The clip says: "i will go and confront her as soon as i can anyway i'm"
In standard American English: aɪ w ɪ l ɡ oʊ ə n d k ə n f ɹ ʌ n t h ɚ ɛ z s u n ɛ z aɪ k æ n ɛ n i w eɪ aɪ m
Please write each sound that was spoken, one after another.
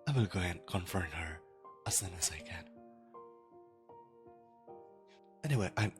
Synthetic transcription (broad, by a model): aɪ w ɪ l ɡ oʊ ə n k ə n f ʌ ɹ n h ɚ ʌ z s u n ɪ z aɪ k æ n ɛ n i w eɪ aɪ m